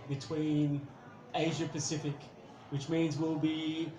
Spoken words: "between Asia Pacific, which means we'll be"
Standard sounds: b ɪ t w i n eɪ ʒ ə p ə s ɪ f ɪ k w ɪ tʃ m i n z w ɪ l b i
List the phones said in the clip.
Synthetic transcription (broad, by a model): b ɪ t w i n eɪ ʒ ə p ə s ɪ f ɪ k w ɪ tʃ m i n z w ɪ l b i